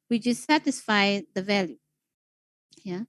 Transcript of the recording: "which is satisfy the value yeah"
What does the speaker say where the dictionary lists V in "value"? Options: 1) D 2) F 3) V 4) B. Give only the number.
3